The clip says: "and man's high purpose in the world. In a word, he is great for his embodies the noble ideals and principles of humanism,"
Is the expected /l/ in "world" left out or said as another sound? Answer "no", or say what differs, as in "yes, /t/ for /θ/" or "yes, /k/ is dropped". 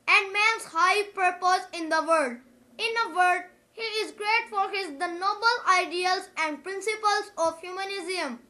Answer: yes, /l/ is dropped